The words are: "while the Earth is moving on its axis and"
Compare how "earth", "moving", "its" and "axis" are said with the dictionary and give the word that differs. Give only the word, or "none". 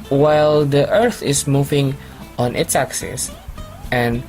none